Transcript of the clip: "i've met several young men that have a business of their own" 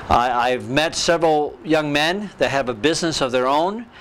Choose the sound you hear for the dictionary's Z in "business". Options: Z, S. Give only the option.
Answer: Z